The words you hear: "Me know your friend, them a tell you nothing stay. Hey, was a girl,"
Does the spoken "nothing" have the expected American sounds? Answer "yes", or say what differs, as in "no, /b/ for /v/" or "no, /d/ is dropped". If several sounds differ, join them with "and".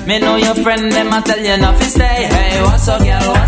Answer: no, /f/ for /θ/